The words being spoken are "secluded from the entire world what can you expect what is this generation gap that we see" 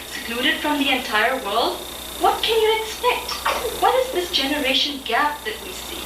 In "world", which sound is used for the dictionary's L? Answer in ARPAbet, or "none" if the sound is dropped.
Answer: L